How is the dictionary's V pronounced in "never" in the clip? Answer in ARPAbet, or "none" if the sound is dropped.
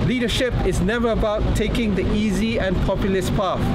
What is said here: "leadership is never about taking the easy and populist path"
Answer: V